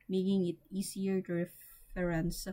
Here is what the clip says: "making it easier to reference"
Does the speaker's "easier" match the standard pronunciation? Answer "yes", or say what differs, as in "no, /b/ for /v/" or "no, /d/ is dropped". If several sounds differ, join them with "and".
no, /s/ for /z/